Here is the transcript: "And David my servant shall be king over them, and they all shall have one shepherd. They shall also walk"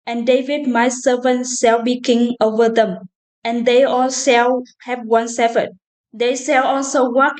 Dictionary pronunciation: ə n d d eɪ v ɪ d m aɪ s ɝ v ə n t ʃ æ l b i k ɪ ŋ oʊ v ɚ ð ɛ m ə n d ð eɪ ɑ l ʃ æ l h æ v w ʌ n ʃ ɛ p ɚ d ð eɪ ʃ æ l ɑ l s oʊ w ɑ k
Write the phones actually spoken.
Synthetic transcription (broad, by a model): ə n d d eɪ v ɪ d m aɪ s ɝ v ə n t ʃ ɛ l b i k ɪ ŋ oʊ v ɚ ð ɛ m ə n d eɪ ɑ l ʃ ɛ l h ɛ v w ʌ n s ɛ f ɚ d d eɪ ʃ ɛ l ɑ l s oʊ w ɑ k